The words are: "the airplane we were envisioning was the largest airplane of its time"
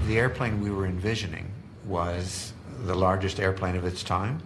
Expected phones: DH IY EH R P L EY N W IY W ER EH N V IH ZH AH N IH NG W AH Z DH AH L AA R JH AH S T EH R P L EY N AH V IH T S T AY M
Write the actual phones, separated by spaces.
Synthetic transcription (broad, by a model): DH IY EH R P L EY N W IY W ER EH N V IH ZH AH N IH NG W AH Z DH AH L AA R JH AH S T EH R P L EY N AH V IH T S T AY M